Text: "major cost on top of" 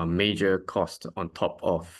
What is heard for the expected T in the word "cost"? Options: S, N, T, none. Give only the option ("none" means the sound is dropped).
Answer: T